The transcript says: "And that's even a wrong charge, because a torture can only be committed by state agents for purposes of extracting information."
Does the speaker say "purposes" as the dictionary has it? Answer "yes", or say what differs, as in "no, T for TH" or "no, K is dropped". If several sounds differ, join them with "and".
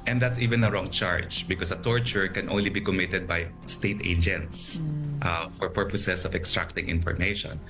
no, S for Z